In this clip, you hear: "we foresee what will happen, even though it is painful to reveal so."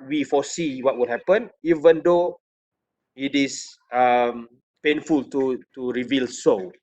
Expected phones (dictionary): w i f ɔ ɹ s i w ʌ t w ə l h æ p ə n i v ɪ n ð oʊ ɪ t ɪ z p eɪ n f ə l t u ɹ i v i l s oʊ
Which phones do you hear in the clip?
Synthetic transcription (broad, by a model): w i f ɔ s i w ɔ t w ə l h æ p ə n i v ɪ n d oʊ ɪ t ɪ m p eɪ n f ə l t u ɹ i v i l s oʊ